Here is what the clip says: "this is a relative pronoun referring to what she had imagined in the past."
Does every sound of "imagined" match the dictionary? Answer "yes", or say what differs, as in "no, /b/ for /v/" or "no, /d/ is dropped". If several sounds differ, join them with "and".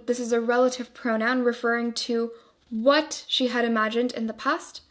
yes